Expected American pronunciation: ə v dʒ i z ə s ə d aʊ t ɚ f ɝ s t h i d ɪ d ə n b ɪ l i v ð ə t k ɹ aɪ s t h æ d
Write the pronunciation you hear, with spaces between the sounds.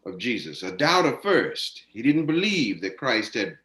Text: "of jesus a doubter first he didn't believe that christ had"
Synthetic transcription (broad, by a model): ə v dʒ i z ə s ə d aʊ t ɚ f ɝ s t h i d ɪ d n b ɪ l i v ð ə t k ɹ aɪ s t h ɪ d